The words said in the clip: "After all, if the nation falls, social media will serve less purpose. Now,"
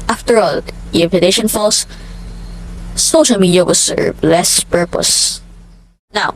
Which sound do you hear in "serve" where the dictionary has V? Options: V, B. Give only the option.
B